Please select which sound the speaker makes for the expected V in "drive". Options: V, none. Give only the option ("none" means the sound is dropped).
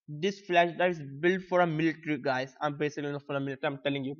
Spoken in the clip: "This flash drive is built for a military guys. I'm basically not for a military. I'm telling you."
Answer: none